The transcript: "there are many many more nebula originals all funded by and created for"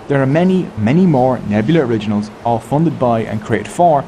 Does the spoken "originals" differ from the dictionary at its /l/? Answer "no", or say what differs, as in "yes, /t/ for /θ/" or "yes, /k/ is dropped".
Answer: no